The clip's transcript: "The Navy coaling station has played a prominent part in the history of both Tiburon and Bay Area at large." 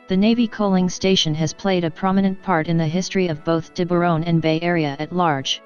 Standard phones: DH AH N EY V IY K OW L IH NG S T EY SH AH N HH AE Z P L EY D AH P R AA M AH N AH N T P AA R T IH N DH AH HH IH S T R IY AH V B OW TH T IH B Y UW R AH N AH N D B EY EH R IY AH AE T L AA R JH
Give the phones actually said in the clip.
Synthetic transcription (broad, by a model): DH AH N EY V IY K OW L IH NG S T EY SH AH N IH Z P L EY D AH P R AA M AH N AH N P AA R T IH N DH AH HH IH S T R IY AH V B OW TH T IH B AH R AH N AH N B EY EH R IY AH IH T L AA R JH